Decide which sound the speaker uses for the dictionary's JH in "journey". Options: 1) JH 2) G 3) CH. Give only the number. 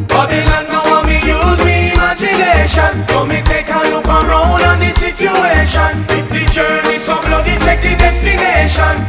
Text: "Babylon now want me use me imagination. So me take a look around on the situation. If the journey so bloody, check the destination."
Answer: 1